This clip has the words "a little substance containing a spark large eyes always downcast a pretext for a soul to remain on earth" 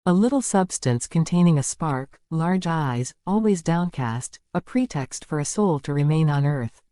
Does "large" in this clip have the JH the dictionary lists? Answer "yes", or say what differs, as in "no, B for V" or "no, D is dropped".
yes